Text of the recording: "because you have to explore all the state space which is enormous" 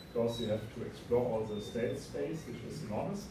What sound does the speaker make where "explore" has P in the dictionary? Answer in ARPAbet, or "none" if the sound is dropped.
P